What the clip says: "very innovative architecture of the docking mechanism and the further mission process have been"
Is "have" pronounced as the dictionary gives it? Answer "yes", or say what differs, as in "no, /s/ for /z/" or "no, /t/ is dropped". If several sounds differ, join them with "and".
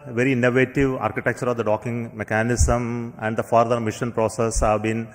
yes